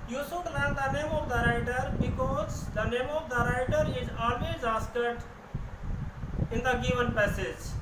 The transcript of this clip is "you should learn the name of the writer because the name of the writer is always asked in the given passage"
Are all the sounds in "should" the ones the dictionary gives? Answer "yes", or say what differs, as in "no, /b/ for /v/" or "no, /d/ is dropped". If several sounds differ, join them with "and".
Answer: no, /s/ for /ʃ/